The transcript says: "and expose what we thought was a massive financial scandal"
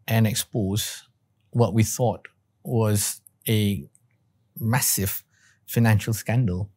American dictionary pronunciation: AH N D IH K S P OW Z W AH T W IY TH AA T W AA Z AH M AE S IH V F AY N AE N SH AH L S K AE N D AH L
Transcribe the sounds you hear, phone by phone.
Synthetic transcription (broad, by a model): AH N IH K S P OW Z W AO T W IY TH AA T W AA Z AH M AE S IH V F AY N AE N SH AH L S K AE N D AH L